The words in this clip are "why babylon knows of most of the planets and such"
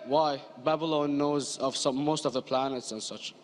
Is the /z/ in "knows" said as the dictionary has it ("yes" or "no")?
yes